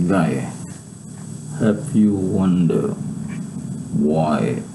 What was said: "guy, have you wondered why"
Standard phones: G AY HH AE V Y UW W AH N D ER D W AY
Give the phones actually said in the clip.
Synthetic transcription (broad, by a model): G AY HH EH P Y UW W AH N D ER W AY